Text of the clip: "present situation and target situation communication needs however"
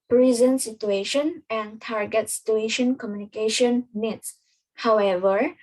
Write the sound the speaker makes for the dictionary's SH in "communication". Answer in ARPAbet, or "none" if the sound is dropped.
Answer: SH